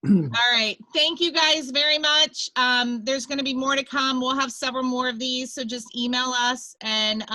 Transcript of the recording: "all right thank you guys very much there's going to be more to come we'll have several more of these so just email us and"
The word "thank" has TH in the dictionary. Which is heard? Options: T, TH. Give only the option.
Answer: TH